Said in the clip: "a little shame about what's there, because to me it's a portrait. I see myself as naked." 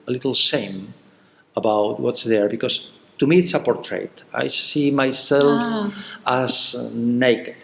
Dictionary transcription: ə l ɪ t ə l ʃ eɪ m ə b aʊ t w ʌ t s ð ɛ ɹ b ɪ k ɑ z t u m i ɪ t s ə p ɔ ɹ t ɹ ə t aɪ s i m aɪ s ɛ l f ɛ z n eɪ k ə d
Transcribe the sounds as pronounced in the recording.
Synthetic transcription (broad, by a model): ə l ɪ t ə l s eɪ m ə b aʊ t w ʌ t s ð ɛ ɹ b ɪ k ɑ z t u m i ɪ t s ə p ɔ ɹ t ɹ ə t aɪ s i m aɪ s ɛ l f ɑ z n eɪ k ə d